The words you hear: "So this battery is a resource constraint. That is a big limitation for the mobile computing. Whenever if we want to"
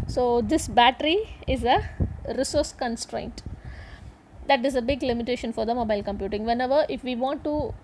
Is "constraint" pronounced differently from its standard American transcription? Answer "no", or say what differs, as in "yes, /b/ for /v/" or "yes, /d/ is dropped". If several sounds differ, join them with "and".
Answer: no